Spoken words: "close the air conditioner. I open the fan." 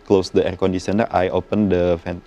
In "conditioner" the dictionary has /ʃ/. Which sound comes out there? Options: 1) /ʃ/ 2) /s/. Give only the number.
2